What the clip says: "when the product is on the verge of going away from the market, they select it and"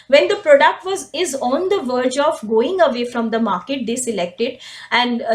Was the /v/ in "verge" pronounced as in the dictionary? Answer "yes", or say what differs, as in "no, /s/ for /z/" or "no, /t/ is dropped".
yes